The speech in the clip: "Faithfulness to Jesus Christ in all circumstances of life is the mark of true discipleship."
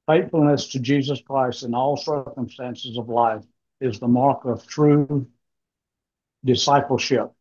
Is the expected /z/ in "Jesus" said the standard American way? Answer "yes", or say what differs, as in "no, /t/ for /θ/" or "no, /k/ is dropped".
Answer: yes